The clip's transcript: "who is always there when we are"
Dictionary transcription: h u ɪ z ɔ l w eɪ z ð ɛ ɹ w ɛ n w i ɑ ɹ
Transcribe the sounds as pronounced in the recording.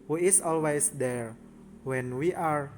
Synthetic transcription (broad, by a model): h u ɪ s ɔ l w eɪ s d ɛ ɹ w ɛ n w i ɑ ɹ